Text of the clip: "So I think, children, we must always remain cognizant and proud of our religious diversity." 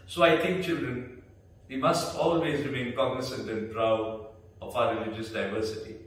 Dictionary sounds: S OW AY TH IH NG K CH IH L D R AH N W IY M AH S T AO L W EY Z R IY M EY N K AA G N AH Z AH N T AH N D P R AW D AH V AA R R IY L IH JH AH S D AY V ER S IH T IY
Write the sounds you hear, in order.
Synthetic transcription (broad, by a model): S OW AY T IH NG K CH IH L D R AH N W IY M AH S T AO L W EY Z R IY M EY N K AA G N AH S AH N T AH N P R AW D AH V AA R R IY L IH JH AH S D AY V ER S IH T IY